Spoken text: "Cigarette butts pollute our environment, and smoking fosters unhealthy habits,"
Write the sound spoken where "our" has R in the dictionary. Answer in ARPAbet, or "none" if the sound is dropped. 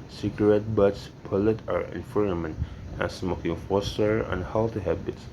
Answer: R